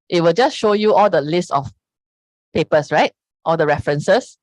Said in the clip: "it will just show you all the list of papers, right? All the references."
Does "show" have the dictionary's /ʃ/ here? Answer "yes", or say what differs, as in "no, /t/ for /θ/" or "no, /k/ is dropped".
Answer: yes